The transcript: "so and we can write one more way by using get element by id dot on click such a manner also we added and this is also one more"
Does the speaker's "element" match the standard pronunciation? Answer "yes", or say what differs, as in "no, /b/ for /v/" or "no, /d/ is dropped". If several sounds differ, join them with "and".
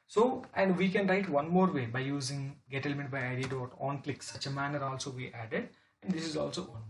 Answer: yes